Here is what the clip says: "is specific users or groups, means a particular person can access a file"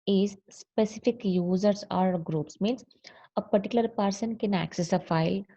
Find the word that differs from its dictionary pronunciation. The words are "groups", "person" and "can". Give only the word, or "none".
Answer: none